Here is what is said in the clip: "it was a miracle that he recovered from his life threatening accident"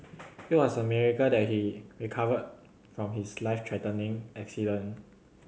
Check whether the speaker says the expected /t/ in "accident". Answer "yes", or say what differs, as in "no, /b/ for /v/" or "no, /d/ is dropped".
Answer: no, /t/ is dropped